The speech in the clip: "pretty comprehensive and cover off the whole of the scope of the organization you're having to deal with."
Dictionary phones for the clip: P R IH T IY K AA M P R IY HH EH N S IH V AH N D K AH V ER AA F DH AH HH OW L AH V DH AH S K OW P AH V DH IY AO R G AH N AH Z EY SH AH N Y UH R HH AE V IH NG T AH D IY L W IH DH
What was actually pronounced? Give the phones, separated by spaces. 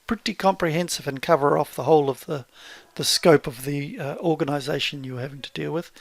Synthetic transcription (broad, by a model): P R IH T IY K AA M P R IY HH EH N S IH V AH N K AH V ER AA F DH AH HH OW L AH V DH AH S K OW P AH V DH IY AO R G AH N AH Z EY SH AH N Y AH R HH AE V IH NG T AH D IY L W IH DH